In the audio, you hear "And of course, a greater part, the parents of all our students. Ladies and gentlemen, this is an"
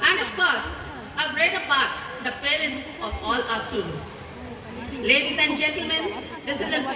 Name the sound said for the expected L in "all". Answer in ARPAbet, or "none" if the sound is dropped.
L